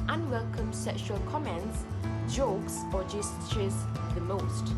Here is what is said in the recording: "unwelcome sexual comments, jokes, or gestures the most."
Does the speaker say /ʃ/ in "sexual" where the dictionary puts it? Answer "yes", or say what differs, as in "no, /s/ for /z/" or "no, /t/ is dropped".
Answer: yes